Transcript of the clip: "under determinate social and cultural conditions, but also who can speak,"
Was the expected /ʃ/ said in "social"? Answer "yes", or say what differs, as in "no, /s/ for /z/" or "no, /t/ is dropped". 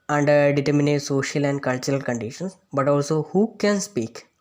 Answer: yes